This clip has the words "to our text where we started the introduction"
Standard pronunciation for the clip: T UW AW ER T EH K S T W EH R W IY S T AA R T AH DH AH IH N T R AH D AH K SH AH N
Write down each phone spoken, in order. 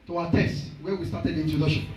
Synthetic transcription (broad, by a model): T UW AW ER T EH S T W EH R W IY S T AA R T AH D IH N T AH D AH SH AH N